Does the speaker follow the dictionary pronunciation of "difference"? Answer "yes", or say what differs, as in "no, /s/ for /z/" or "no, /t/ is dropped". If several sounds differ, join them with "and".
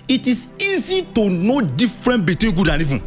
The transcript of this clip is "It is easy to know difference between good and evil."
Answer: no, /s/ is dropped